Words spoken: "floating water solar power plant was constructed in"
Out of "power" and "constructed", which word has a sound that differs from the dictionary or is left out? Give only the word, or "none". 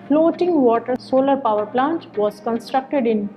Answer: none